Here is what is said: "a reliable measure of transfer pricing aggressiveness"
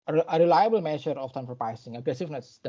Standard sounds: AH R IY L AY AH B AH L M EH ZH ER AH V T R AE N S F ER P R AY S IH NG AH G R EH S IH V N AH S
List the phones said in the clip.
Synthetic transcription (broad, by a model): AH R IY L AY AH B AH L M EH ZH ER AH F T AE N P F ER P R AY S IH NG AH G R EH S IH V N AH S